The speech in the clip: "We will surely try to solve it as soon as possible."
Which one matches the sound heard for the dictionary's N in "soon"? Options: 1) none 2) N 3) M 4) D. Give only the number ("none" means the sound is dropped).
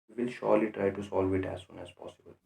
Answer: 2